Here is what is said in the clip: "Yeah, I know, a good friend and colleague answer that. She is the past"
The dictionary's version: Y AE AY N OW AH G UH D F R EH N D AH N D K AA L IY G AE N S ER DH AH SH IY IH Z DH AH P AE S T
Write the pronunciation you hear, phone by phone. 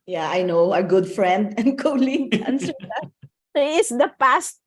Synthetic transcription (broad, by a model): Y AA AY N OW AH G UH D F R EH N D AH N D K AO L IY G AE N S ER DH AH S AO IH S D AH P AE S T